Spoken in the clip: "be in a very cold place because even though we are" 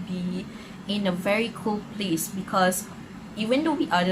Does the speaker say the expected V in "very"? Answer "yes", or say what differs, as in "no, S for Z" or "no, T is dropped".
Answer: yes